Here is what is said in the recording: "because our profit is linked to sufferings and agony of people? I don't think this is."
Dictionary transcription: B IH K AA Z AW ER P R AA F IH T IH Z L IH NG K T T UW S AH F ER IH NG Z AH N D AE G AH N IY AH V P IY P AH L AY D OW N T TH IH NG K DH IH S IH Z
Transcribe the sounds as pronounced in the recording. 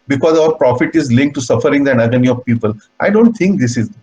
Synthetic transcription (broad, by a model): B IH K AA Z AW ER P R AA F IH T IH Z L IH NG K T T UW S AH F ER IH NG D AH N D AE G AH N IY AH V P IY P AH L AY D OW N T T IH NG K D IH S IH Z